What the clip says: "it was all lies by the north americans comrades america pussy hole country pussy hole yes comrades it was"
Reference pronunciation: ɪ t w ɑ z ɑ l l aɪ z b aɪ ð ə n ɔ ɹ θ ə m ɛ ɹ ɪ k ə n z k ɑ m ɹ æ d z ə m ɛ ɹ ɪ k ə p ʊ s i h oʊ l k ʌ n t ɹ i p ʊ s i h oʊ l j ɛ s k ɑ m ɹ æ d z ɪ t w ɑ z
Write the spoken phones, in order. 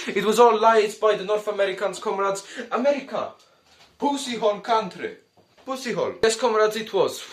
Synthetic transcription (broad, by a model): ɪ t w ɑ z ɑ l l aɪ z b aɪ ð ə n ɔ ɹ θ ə m ɛ ɹ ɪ k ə n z k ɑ m ɹ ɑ d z ə m ɛ ɹ ɪ k ə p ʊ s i h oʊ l k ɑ n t ɹ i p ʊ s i h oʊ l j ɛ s k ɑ m ɹ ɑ d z ɪ t w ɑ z